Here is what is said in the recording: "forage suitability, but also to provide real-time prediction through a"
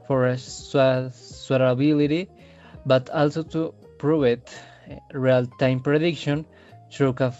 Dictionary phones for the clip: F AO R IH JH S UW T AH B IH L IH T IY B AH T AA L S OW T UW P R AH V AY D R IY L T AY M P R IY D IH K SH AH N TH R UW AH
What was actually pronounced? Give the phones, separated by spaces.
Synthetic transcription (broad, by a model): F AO R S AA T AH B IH L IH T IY B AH T AA L S OW T UW P R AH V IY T R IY L T AY M P R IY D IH K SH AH N T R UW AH